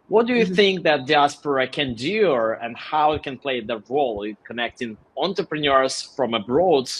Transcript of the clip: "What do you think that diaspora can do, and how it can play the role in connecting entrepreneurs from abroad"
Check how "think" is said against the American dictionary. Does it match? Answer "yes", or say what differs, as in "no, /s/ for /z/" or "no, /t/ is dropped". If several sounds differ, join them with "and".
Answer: yes